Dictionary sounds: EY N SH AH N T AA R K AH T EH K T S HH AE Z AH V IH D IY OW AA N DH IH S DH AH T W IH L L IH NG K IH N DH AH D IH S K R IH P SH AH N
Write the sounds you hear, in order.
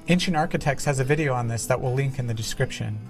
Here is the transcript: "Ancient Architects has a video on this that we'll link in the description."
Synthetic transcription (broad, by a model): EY N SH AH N AA R K AH T EH K T S HH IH Z AH V IH D IY OW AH N DH IH S DH AH T W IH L L IH NG K IH N DH AH D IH S K R IH P SH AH N